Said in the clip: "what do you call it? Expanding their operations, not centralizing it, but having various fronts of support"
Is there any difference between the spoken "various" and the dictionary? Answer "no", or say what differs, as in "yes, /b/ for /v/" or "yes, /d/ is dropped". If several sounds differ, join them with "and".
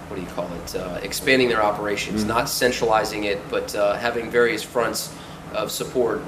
no